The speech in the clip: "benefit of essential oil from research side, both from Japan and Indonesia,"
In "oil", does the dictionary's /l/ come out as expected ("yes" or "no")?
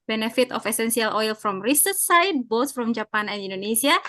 yes